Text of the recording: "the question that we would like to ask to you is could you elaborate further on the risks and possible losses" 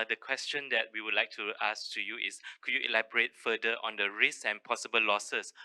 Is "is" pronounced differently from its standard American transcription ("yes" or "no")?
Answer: yes